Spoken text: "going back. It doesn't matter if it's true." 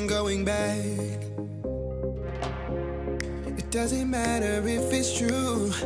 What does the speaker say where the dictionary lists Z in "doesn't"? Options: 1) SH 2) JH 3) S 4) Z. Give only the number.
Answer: 4